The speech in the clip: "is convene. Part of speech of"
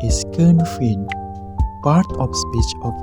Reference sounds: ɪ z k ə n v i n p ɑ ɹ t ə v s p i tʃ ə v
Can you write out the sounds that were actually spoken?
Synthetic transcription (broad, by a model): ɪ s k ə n f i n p ɑ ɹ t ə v s p i tʃ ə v